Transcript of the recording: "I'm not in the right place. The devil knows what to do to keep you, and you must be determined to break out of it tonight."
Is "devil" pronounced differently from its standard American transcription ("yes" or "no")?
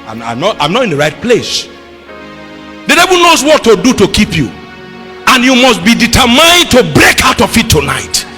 yes